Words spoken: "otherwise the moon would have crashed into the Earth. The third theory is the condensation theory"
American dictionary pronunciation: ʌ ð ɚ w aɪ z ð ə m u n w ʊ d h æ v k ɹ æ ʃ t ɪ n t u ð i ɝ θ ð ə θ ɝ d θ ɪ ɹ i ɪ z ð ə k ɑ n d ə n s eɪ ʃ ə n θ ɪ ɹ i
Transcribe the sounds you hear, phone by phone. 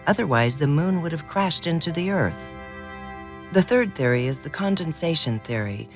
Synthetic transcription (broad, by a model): ʌ ð ɚ w aɪ z ð ə m u n w ʊ d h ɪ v k ɹ æ ʃ t ɪ n t u ð i ɝ θ ð ə θ ɝ d θ ɪ ɹ i ɪ z ð ə k ɑ n d ə n s eɪ ʃ ə n θ ɪ ɹ i